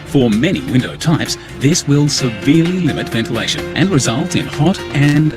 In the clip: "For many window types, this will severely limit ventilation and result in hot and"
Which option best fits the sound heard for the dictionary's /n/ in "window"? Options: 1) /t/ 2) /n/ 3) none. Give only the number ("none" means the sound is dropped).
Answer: 2